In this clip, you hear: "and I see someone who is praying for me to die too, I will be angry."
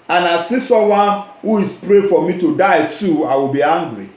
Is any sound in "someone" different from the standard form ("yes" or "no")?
yes